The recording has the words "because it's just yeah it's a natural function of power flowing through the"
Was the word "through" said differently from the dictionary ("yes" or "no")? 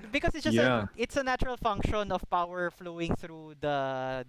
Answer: no